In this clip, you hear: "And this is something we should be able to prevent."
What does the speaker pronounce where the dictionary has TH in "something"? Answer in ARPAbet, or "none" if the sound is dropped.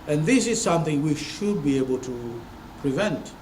TH